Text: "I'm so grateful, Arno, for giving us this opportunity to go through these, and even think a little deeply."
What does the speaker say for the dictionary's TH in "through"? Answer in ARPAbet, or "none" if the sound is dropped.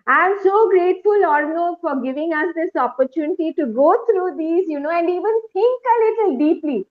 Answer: T